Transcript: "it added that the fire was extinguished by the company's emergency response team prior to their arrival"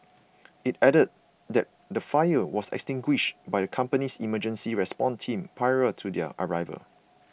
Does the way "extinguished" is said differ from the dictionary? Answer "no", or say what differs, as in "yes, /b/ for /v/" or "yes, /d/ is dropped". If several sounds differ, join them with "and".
no